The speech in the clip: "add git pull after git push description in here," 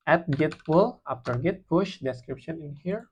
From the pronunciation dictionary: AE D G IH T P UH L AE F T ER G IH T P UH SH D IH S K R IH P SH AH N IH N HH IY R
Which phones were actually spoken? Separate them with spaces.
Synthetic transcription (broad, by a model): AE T G IH T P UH L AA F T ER G IH T P UH SH D IH S K R IH P SH AH N IH N HH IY R